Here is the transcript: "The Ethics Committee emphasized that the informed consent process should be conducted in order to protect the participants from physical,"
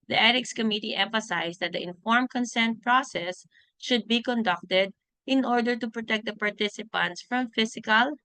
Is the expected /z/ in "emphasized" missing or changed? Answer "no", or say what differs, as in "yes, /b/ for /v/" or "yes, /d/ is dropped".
yes, /s/ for /z/